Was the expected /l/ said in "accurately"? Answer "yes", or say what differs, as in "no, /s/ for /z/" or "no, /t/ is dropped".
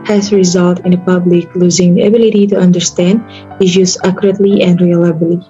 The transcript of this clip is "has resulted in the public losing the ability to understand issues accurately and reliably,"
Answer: yes